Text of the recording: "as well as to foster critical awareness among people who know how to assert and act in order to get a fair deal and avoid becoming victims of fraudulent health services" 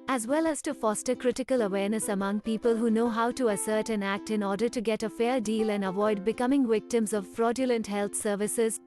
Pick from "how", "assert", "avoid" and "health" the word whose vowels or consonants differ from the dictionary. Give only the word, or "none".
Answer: health